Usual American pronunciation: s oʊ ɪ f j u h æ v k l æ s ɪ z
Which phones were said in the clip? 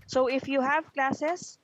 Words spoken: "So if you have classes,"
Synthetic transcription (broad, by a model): s oʊ ɪ f j u h æ v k l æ s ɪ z